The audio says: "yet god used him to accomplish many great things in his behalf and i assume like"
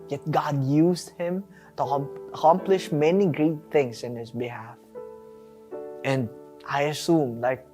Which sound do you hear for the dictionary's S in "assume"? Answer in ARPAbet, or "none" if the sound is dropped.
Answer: S